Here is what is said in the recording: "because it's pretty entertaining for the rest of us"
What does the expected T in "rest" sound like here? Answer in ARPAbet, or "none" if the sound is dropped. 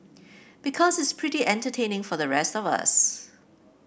T